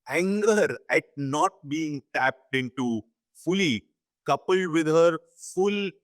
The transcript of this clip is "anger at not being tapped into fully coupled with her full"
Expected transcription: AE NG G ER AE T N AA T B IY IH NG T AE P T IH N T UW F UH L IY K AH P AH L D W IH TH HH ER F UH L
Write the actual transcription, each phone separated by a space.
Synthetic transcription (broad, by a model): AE NG G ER AE T N AA T B IY IH NG T AE P T IH N T UW F UH L IY K AH P AH L D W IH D HH ER F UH L